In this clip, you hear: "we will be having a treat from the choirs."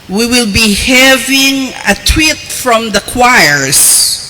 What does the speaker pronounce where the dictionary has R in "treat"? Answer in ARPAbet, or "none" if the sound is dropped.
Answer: W